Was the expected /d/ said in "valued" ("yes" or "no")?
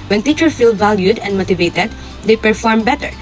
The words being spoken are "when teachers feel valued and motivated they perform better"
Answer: yes